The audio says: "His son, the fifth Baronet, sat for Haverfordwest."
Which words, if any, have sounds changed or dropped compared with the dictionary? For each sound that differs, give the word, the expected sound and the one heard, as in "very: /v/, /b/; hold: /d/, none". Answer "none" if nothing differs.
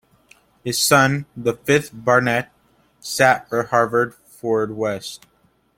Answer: none